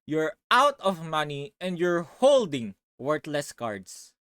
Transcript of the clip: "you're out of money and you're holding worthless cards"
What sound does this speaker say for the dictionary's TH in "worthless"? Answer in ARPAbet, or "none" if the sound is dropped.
T